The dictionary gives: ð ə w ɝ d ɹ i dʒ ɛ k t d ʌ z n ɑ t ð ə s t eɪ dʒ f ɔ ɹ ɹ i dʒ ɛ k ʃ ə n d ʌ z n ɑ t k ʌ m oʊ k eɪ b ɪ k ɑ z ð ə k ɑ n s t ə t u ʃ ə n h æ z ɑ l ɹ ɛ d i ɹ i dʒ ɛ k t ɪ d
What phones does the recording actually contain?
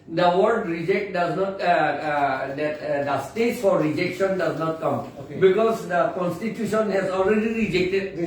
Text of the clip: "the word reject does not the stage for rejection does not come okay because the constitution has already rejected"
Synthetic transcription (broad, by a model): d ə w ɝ d ɹ i dʒ ɛ k t d ʌ z n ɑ t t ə s t eɪ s f ɔ ɹ ɹ i dʒ ɛ k ʃ ə n d ʌ z n ɑ t k ʌ m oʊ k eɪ b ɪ k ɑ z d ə k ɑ n s t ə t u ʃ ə n h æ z ɑ l ɹ ɛ d i ɹ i dʒ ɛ k t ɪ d